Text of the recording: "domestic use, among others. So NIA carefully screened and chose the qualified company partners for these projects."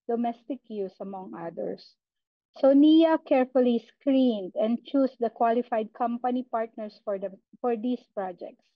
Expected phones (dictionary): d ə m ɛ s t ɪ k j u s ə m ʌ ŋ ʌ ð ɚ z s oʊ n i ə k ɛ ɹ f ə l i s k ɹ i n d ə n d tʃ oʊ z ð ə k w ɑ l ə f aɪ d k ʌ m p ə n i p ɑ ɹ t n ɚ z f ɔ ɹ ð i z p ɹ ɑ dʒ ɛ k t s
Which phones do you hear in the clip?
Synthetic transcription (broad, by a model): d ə m ɛ s t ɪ k j u s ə m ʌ ŋ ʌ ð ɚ s oʊ n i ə k ɛ ɹ f ə l i s k ɹ i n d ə n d tʃ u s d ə k w ɑ l ə f aɪ d k ʌ m p ə n i p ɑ ɹ t n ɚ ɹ f ɔ ɹ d i s p ɹ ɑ dʒ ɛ k t s